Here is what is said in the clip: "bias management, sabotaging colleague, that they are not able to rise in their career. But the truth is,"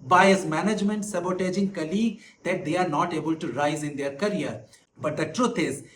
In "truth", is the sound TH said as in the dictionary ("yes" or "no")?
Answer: no